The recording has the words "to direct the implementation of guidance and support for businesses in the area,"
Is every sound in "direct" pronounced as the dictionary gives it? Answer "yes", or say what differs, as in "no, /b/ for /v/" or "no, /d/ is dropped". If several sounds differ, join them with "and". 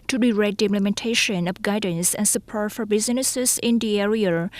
no, /k/ is dropped